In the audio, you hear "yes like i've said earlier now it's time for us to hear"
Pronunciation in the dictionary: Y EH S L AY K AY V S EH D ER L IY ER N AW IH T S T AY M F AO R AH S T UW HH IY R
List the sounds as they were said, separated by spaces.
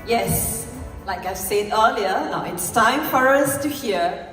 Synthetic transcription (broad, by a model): Y EH S L AY K AY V S EH D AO L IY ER N AW IH T S T AY M F AO R AH S T UW HH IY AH